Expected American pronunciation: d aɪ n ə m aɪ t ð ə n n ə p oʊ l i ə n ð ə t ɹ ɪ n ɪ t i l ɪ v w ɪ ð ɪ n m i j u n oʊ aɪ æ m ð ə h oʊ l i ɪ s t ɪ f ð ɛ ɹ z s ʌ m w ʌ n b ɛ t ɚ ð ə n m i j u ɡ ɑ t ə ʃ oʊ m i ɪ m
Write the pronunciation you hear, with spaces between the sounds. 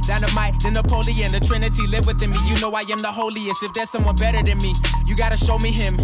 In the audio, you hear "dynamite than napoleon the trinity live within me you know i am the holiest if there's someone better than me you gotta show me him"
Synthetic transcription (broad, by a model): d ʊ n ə m aɪ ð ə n n ə p oʊ l i ə n ð ə t ɹ ɪ n ɪ t i l ɪ v w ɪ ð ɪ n m i j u n oʊ aɪ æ m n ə h oʊ l i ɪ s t ɪ f ð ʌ ɹ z s ʌ m w ʌ n b ɛ t ɚ ð ə n m i j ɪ ɡ ɑ t ə ʃ oʊ m i ɪ m